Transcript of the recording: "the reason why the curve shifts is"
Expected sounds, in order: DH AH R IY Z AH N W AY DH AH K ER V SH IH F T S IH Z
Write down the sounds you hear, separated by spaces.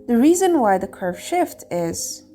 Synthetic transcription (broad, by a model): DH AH R IY Z AH N W AY DH AH K ER V SH IH F T IH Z